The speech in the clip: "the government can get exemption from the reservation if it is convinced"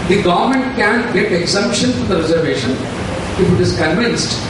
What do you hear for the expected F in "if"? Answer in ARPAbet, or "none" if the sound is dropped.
F